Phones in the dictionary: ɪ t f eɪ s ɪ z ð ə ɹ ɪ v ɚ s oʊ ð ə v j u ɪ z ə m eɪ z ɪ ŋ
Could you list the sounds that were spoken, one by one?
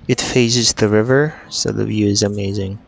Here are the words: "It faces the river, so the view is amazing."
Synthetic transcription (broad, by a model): ɪ t f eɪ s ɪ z ð ə ɹ ɪ v ɚ s oʊ ð ə v j u ɪ z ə m eɪ z ɪ ŋ